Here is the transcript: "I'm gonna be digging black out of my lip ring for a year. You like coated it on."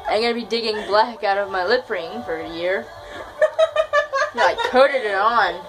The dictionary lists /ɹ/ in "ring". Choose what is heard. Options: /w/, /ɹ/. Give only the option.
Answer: /ɹ/